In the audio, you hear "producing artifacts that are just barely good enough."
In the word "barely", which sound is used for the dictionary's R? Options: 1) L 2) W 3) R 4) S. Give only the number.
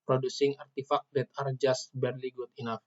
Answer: 3